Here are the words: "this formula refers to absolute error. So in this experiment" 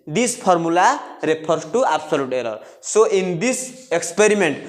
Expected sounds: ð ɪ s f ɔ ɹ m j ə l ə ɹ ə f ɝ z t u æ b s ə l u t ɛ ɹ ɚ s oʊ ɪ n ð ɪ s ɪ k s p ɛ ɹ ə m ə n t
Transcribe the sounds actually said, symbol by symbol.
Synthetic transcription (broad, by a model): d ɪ s p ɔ ɹ m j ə l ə ɹ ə p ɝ s t u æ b s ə l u t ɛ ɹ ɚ s oʊ ɪ n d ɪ s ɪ k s p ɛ ɹ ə m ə n t